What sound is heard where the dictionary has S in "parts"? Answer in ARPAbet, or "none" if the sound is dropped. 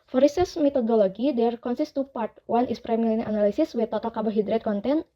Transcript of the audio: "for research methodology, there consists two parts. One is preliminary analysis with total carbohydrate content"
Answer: none